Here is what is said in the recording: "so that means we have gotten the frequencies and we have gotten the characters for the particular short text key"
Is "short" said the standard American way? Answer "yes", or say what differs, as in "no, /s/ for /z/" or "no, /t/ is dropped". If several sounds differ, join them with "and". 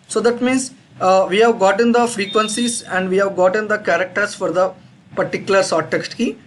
no, /s/ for /ʃ/